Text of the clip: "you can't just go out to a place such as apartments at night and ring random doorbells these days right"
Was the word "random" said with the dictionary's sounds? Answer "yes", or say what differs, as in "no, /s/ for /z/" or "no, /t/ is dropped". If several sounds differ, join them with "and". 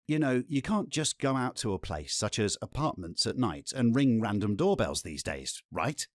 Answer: yes